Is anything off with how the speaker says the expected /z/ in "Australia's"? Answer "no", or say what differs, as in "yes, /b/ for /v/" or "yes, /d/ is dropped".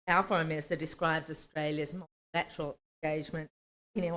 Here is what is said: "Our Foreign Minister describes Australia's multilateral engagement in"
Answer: no